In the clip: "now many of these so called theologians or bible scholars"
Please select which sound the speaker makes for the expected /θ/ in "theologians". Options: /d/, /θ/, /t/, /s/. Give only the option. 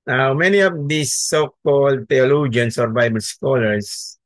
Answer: /t/